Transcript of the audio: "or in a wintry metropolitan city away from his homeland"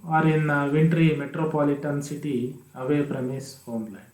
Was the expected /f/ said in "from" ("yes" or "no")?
no